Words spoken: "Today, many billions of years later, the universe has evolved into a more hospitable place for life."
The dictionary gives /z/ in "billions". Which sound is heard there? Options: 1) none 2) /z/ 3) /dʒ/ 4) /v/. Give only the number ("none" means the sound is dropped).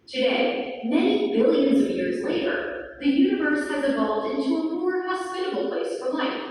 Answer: 2